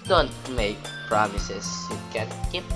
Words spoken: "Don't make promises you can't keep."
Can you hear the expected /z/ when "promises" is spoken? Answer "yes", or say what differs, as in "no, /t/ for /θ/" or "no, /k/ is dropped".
no, /s/ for /z/